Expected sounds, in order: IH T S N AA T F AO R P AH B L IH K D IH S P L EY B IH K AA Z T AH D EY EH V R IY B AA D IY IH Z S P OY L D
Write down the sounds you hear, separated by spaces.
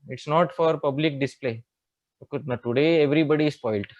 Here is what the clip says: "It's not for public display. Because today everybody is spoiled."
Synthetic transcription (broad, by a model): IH T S N AA T F AO R P AH B L IH K D IH S P L EY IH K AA T AH D EY EH V R IY B AA D IY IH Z S P OY L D